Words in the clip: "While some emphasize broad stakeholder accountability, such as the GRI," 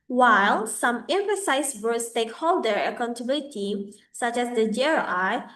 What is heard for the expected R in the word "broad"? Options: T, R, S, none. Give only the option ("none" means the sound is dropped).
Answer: none